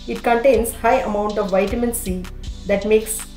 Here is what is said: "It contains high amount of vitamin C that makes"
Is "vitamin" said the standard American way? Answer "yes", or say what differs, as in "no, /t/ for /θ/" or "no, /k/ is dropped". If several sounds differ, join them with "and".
yes